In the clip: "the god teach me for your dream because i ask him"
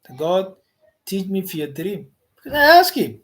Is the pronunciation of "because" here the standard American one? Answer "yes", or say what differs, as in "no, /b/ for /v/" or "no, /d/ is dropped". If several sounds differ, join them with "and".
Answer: no, /k/ is dropped